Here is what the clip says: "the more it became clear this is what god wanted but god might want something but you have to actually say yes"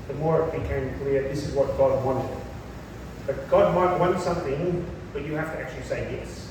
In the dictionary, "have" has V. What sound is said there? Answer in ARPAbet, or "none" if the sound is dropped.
F